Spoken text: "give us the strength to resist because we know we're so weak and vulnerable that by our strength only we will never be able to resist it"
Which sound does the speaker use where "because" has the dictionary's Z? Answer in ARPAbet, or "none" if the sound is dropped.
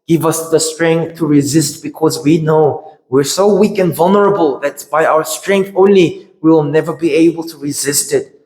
Z